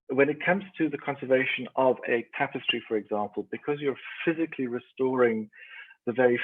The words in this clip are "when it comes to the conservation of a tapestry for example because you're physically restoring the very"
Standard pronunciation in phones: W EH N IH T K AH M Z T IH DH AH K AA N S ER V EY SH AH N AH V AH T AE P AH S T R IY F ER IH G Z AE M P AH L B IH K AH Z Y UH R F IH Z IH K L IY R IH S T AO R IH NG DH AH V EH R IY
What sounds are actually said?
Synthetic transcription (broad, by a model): W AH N IH T K AH M Z T IH DH AH K AA N S ER V EY SH AH N AH V AH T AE P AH S T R IY F ER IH G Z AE M P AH L B IH K AH Z Y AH R F IH Z IH K L IY R IH S T AO R IH NG DH AH V EH R IY